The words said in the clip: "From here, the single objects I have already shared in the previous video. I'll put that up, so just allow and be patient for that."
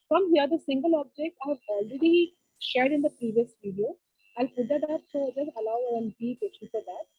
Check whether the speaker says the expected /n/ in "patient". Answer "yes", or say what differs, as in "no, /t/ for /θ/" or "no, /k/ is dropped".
no, /n/ is dropped